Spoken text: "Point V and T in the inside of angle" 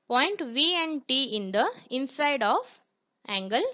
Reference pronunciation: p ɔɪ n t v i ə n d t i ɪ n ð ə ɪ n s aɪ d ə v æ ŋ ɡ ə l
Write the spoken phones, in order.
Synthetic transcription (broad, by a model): p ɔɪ n t v i ə n d t i ɪ n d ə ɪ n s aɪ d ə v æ ŋ ɡ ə l